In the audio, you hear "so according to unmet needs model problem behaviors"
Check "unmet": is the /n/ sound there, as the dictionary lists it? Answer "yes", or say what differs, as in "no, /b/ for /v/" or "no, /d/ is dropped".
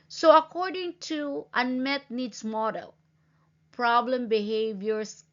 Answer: yes